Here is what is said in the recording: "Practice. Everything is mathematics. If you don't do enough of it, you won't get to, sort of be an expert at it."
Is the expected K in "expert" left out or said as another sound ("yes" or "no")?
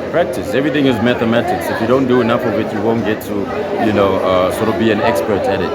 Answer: no